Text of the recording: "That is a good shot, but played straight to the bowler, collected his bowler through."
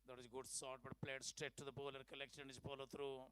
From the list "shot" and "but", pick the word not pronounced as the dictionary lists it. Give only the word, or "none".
shot